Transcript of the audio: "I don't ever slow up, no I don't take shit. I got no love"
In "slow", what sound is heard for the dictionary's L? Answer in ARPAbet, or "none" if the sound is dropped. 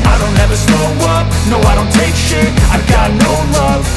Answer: none